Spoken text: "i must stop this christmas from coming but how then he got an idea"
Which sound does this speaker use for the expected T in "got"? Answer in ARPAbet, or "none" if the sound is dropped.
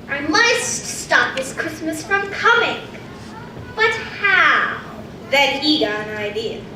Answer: none